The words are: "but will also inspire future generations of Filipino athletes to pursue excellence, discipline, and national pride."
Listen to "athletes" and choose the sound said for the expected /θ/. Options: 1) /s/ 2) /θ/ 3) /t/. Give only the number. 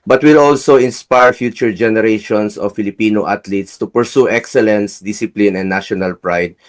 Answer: 3